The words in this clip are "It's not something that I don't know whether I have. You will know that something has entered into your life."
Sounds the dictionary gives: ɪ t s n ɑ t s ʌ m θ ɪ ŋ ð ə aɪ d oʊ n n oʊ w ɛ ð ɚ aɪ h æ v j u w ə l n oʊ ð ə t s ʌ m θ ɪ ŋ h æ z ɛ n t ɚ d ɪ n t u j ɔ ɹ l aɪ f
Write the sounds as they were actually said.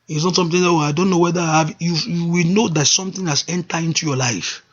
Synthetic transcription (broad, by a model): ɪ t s n ɑ t s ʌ m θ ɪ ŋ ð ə aɪ d oʊ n n oʊ w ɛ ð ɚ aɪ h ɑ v j u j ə w n oʊ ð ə t s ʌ m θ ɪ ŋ h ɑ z ɛ n t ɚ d ɪ n t u j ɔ l aɪ f